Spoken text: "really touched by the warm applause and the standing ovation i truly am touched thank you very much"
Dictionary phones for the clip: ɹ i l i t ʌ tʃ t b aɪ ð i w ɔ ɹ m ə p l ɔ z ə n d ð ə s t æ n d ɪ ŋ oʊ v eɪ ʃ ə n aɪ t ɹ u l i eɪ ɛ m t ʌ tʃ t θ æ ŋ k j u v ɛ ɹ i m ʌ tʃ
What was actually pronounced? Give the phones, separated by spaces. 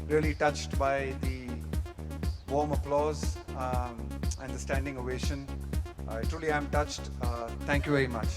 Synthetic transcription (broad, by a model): ɹ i l i t ʌ tʃ t b aɪ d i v ɔ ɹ m ə p l ɔ z ə n d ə s t æ n d ɪ ŋ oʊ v eɪ ʃ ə n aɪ t ɹ u l i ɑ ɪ m t ʌ tʃ t t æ ŋ k j u v ɛ ɹ i m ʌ tʃ